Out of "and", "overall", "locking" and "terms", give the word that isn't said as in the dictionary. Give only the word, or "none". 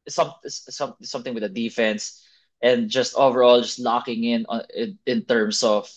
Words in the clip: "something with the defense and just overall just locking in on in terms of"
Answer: terms